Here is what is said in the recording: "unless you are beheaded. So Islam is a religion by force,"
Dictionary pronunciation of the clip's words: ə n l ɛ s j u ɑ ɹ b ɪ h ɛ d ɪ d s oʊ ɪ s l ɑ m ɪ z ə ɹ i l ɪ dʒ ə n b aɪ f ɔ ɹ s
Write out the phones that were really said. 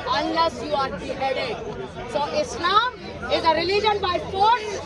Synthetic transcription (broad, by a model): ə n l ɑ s j u ɑ ɹ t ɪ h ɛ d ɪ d s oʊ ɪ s n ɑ ɪ z ə ɹ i l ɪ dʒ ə n b aɪ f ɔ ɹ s